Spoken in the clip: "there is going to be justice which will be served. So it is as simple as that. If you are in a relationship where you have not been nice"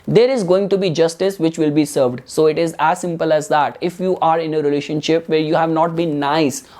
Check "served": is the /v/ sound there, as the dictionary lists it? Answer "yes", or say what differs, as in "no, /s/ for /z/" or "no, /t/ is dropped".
yes